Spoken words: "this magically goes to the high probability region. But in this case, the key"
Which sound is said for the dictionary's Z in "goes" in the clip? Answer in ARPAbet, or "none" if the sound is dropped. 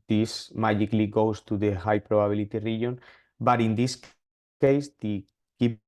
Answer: S